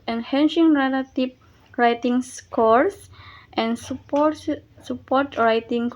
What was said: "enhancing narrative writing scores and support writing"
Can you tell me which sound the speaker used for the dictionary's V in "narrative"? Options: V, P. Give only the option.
P